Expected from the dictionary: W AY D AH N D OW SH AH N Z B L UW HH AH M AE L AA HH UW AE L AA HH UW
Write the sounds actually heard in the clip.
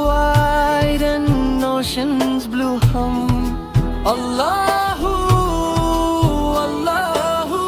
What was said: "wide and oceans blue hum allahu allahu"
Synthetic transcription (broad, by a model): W AY D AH N OW SH AH N Z B L UW HH AH M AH L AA HH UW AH L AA HH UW